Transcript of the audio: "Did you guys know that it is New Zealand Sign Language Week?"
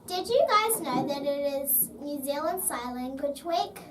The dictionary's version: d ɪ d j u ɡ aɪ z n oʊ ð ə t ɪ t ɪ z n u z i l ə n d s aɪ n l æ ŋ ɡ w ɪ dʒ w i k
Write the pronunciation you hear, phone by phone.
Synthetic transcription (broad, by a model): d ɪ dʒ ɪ ɡ aɪ z n oʊ ð ə t ɪ t ɪ z n u z i l ə n d s aɪ l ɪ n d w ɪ tʃ w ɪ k